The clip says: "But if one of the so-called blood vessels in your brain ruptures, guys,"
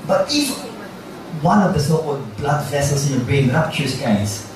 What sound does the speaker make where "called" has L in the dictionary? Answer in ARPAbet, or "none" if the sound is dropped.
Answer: none